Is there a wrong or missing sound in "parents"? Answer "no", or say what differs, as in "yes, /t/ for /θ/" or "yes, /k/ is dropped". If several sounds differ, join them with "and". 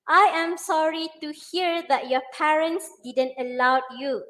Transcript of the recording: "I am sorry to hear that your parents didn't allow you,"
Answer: no